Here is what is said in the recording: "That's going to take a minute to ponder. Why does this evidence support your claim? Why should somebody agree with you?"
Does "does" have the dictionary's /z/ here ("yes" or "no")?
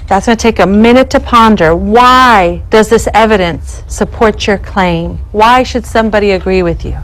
yes